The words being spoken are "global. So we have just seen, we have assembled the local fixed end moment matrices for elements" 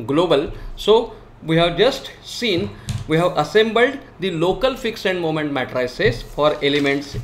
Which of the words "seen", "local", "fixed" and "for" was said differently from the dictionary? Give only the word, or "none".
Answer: fixed